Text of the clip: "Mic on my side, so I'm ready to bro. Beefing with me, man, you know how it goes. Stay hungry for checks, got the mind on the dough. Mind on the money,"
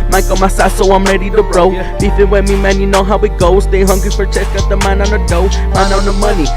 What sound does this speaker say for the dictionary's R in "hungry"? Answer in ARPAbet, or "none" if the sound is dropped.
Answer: none